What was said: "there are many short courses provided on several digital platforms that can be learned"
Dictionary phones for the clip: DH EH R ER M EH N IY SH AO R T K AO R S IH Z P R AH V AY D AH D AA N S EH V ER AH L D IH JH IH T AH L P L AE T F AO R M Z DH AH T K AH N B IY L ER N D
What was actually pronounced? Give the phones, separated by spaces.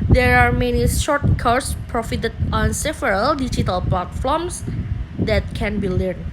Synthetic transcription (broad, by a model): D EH R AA M EH N IY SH AO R T K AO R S P R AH F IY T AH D AA N S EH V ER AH L D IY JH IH T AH L P L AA T F AO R M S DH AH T K AH N B IY L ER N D